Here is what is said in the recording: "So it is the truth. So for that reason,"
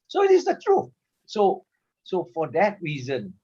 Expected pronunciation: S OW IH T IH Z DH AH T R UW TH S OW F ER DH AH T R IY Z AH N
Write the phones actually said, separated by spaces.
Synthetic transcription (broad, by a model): S OW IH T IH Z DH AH T R UW S S OW F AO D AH T R IY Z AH N